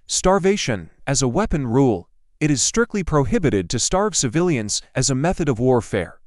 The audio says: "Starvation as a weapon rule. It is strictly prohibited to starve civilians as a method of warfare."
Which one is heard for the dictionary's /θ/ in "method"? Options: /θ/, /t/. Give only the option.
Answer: /θ/